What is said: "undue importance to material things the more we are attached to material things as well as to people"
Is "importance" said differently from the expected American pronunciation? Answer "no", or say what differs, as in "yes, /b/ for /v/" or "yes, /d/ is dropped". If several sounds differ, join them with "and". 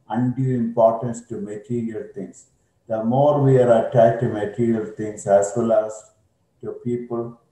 no